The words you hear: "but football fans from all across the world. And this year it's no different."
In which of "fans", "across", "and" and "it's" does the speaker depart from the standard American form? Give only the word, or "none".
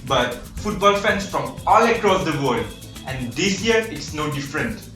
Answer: fans